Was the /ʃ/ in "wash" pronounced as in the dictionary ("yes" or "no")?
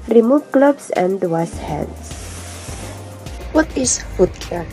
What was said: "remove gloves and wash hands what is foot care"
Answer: no